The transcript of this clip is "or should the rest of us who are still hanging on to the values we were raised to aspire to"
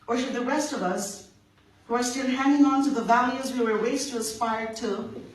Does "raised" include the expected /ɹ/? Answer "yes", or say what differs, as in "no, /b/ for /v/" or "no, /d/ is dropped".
no, /w/ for /ɹ/